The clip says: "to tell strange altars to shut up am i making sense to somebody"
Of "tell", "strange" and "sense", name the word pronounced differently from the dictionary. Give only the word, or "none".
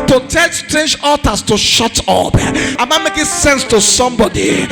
none